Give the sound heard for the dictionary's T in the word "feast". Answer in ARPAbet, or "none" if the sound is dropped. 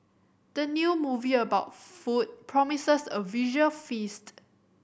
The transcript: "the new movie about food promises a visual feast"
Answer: T